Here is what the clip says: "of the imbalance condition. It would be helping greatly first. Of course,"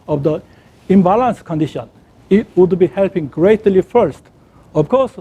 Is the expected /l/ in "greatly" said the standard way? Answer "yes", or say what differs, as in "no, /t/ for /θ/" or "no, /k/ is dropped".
yes